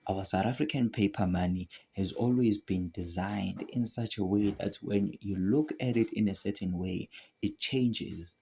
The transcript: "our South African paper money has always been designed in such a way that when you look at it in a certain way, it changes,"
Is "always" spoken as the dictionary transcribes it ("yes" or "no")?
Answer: yes